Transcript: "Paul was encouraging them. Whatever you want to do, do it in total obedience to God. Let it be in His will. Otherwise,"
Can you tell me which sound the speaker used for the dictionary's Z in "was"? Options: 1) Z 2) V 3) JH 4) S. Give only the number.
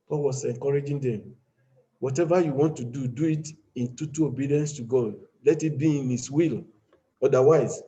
4